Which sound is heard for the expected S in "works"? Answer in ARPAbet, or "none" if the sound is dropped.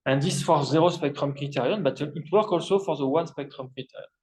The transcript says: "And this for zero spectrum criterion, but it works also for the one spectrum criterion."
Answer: none